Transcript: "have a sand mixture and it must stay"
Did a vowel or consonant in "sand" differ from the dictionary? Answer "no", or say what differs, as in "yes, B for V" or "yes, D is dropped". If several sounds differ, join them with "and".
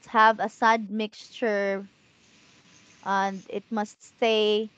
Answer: yes, N is dropped